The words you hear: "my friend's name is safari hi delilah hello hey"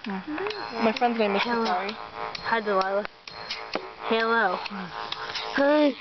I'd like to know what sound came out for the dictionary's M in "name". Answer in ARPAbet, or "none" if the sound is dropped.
none